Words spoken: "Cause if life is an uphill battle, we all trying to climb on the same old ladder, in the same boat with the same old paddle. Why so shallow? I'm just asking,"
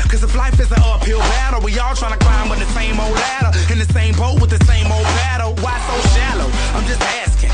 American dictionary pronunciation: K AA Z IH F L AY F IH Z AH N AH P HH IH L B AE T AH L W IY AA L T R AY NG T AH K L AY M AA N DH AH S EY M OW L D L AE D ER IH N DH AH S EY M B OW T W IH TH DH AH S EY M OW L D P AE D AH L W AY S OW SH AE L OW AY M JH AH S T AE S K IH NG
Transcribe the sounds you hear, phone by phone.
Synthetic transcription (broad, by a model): K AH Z IH F L AY F IH Z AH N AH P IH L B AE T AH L W IY AA L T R AY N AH K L AY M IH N DH AH S EY M OW L D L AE D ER IH N DH AH S EY M B OW T W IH DH AH S EY M OW L D B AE D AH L W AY S OW SH AE L OW AY M JH AH S T AE S K IH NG